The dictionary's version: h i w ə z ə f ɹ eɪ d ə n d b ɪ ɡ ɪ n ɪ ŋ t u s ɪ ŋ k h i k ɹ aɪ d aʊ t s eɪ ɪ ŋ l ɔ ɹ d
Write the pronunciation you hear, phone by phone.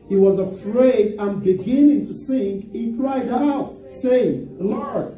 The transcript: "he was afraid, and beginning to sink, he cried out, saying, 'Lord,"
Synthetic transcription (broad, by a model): h i w ə z ə f ɹ eɪ d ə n b ɪ ɡ ɪ n ɪ ŋ t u s ɪ ŋ k h i k ɹ aɪ d aʊ t s eɪ ɪ ŋ l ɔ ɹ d